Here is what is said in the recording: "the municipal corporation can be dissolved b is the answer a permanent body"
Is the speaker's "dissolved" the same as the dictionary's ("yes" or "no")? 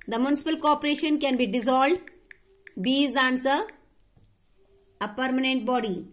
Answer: no